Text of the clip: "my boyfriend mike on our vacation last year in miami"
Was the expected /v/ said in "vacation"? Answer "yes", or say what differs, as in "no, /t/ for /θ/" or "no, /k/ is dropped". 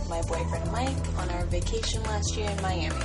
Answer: yes